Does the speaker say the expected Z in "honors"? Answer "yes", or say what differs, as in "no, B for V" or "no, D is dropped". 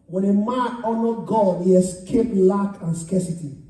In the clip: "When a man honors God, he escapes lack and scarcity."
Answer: no, Z is dropped